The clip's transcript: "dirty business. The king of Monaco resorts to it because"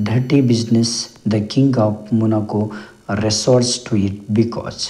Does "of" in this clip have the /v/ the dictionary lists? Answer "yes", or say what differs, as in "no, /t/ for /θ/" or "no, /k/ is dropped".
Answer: no, /p/ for /v/